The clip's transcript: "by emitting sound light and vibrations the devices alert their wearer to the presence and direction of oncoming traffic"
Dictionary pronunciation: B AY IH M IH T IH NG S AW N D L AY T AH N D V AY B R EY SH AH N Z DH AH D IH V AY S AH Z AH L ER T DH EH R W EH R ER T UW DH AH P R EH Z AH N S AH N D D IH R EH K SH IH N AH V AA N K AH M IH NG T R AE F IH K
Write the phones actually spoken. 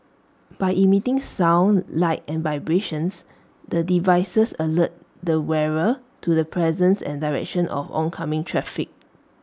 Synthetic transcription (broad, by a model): B AY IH M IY T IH NG S AW N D L AY T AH N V AY B R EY SH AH N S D AH D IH V AY S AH S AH L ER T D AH W EH R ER T UW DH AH P R EH Z AH N S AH N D D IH R EH K SH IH N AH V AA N K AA M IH NG T R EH F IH K